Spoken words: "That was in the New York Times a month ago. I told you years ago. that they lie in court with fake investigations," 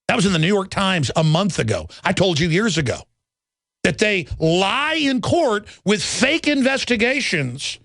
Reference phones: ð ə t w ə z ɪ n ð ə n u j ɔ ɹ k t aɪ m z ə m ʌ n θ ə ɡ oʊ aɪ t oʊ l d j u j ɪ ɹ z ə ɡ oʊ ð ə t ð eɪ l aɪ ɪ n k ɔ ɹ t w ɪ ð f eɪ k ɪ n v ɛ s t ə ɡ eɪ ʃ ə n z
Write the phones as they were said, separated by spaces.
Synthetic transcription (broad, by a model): ð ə t w ə z ɪ n ð ə n u j ɔ ɹ k t aɪ m z ə m ʌ n θ ə ɡ oʊ aɪ t oʊ l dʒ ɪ j ɪ ɹ z ə ɡ oʊ ð ə t ð eɪ l aɪ ɪ n k ɔ ɹ t w ɪ ð f eɪ k ɪ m v ɛ s t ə ɡ eɪ ʃ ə n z